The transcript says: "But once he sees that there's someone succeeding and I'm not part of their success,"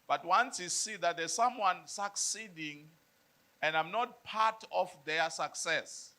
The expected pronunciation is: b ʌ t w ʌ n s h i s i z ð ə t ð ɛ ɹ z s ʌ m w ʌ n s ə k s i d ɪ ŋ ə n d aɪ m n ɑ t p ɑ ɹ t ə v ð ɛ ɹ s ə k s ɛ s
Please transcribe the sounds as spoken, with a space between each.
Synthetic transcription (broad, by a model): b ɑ t w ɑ n s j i s i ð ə t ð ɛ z s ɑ m w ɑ n s ə k s i d ɪ ŋ ə n d aɪ m n ɑ t p ɑ t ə f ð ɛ s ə k s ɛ s